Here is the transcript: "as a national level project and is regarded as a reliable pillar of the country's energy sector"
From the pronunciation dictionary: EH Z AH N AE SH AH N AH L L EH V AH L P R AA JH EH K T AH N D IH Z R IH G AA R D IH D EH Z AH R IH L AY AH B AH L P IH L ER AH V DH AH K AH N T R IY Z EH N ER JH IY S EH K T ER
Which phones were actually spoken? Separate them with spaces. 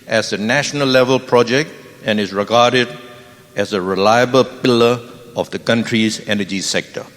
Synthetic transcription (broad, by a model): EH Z AH N AE SH AH N AH L L EH V AH L P R AA JH EH K T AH N IH Z R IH G AA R D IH D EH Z AH R IH L AY AH B AH L P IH L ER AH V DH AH K AH N T R IY Z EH N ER JH IY S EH K T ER